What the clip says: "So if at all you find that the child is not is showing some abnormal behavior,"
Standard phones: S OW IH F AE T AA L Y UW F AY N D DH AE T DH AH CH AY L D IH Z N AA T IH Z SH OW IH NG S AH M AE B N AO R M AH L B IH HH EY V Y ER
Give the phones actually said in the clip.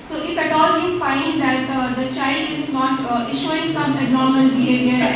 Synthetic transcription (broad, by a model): S OW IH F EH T AA L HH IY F AY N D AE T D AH CH AY L D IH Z N AA T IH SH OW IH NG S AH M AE N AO R M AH L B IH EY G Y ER